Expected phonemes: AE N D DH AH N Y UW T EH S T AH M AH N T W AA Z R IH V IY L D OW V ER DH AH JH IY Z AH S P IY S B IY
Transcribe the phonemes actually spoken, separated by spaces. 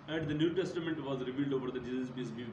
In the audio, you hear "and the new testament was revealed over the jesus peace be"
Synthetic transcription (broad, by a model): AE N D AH N Y UW T EH S T AH M AH N T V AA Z R IH V IY L D OW V ER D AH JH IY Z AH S B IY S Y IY